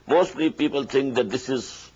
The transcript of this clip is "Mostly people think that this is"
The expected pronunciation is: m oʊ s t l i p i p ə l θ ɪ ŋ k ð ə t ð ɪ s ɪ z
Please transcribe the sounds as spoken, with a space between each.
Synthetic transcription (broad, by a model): m oʊ s t l i p i p ə l t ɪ ŋ k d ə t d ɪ s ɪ z